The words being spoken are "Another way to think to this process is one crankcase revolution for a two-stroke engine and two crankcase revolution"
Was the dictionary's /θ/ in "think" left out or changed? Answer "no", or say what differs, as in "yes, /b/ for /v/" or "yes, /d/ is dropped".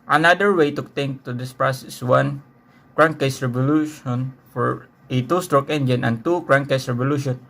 yes, /t/ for /θ/